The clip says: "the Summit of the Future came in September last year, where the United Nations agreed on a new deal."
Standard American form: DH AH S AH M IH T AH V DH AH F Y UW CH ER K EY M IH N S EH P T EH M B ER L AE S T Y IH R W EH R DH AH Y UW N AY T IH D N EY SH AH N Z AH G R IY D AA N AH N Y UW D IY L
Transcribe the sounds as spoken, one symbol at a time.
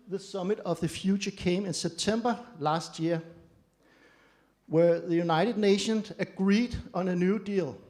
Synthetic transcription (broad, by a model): DH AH S AH M IH T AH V DH AH F Y UW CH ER K EY M IH N S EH B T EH M B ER L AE S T Y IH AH W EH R DH AH Y UW N AY T IH D N EY SH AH N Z AH G R IY D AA N AH N Y UW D IY L